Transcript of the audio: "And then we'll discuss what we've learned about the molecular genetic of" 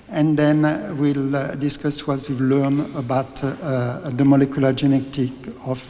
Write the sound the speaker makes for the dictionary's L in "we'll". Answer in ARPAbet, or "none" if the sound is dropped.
L